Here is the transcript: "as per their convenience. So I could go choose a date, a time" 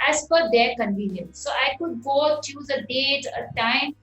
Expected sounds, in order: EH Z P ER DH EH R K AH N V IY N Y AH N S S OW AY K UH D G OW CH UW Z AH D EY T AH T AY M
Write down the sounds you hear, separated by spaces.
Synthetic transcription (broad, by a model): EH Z F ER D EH R K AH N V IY N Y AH N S S OW AY K UH D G OW CH UW Z AH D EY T AH T AY M